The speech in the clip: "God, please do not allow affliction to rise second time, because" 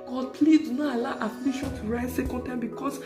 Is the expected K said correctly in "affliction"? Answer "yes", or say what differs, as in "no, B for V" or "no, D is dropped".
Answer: no, K is dropped